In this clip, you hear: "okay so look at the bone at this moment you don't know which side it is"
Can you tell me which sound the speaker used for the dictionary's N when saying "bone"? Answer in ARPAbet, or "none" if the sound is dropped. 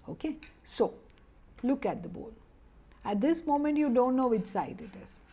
L